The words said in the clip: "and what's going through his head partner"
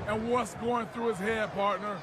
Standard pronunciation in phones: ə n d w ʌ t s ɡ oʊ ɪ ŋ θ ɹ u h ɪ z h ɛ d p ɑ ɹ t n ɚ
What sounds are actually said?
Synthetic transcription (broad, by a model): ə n w ʌ t s ɡ oʊ ɪ ŋ θ ɹ u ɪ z h ɛ d p ɑ ɹ t n ɚ